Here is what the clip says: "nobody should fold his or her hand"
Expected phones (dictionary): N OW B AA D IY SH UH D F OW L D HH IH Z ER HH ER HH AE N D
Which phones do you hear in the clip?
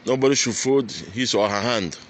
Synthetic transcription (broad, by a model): N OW B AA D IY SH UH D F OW D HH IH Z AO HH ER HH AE N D